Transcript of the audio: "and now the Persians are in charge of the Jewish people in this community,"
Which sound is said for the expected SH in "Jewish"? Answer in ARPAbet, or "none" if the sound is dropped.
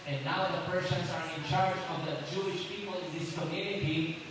SH